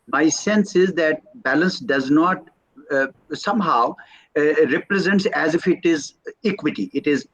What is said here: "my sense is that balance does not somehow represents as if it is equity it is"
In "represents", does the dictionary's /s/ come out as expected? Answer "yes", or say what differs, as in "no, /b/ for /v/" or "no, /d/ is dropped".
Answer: yes